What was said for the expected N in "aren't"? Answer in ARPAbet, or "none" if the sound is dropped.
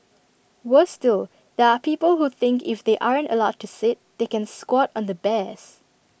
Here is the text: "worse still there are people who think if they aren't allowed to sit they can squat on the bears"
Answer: N